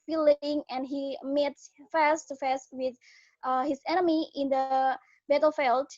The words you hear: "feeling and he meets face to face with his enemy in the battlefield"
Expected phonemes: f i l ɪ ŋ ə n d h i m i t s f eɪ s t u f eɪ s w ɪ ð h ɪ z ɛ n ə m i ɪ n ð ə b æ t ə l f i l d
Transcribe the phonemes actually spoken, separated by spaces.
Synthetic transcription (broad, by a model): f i l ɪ ŋ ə n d h i m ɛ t f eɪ s t u f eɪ s w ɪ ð h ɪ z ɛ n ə m i ɪ n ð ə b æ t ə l f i l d